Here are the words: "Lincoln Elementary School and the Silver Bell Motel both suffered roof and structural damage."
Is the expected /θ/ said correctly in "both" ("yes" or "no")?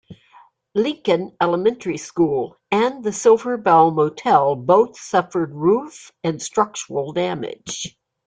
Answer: yes